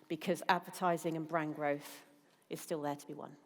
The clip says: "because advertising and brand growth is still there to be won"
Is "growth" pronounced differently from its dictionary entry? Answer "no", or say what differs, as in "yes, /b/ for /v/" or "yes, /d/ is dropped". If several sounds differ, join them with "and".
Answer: no